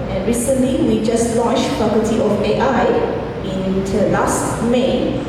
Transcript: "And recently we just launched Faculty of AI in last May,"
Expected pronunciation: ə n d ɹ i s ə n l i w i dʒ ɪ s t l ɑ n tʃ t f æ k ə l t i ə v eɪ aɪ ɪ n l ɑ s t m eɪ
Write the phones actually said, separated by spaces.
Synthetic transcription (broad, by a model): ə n ɹ i s ə n l i w i dʒ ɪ s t l ɑ n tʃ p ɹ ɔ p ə t i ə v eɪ aɪ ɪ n l ɑ s t m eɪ